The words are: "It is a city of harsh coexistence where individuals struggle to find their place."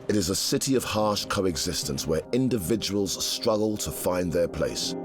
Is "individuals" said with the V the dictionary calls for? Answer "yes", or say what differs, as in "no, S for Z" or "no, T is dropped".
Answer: yes